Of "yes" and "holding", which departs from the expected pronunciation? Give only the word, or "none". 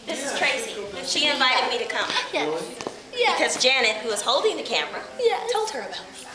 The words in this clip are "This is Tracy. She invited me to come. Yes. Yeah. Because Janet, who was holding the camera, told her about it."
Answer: yes